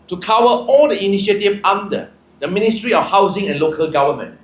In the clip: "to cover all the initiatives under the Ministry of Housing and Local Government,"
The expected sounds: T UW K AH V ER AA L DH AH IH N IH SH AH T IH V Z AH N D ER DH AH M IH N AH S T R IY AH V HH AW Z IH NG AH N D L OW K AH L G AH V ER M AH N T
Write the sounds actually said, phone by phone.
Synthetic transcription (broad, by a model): T UW K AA W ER AA L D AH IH N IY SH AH T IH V AA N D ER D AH M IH N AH S T R IY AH F HH AW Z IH NG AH N L OW K AH L G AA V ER M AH N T